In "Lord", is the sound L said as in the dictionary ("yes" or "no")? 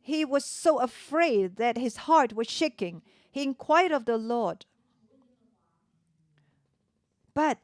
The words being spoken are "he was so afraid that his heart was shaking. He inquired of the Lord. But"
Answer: yes